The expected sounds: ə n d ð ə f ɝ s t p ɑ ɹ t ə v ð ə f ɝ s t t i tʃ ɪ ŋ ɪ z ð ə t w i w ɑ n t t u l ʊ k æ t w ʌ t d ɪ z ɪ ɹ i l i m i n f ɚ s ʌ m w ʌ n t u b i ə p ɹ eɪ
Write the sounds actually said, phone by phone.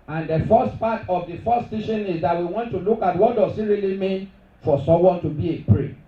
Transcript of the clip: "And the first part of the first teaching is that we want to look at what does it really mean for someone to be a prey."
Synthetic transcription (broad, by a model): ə n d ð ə f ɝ s t p ɑ t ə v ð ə f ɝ s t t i ʃ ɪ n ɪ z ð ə t w i w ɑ n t t u l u k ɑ t w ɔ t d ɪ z ɪ ɹ i l i m i n f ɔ s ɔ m w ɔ n t u b i ə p ɹ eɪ